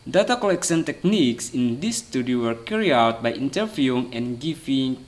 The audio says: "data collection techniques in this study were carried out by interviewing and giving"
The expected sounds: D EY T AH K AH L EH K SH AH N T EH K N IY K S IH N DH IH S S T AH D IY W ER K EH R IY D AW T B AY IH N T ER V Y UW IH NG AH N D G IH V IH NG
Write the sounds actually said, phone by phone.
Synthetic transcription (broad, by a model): D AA T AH K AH L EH K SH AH N T EH K N IY K S IH N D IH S S T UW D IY W ER K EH R IY AW T B AY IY N T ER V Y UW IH NG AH N G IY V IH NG